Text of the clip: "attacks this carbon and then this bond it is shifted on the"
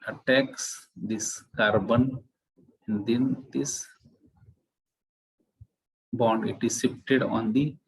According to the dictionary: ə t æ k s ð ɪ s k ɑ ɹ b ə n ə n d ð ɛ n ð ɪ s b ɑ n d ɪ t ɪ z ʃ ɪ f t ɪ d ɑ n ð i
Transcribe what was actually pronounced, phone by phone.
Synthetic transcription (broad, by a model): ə t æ k s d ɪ s k ɑ ɹ b ə n ə n d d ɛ n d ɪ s b ɑ n d ɪ t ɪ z s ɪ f t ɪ d ɑ n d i